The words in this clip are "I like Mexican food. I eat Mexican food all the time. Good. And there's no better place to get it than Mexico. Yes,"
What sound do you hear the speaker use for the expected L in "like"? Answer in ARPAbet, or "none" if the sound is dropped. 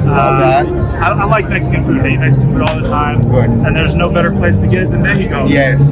L